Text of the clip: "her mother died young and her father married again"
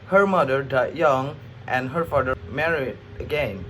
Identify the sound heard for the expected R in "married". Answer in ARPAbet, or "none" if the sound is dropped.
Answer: R